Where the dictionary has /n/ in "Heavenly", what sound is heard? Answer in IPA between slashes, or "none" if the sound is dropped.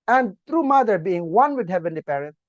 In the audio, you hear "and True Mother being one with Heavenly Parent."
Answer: /n/